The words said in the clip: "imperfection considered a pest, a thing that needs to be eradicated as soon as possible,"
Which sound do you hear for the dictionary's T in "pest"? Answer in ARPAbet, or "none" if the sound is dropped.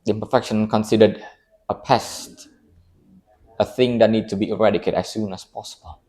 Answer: T